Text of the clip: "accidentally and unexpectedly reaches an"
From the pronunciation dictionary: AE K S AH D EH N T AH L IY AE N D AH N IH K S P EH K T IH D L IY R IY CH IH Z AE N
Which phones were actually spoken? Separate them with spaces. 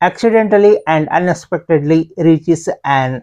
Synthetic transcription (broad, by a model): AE K S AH D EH N T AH L IY AE N D AH N IH K S P EH K T IH D L IY R IY CH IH S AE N